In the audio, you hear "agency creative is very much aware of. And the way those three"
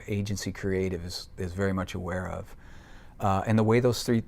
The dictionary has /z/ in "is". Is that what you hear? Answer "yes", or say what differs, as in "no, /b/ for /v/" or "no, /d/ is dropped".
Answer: yes